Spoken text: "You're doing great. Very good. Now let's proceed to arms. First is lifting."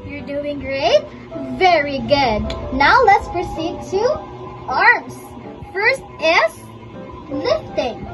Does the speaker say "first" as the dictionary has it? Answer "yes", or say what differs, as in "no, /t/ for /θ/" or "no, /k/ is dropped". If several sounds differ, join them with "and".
yes